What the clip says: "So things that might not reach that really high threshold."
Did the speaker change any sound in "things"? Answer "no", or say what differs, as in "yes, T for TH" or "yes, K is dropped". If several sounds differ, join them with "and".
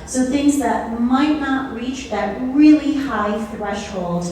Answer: no